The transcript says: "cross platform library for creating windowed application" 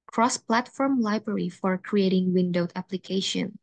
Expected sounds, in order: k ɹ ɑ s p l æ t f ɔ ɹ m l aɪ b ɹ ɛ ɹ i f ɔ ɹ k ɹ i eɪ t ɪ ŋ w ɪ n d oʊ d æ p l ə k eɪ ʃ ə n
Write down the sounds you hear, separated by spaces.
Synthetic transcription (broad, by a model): k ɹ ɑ s p l æ t f ɔ ɹ m l aɪ b ɹ ɛ ɹ i f ɔ ɹ k ɹ i eɪ t ɪ ŋ w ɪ n d oʊ æ p l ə k eɪ ʃ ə n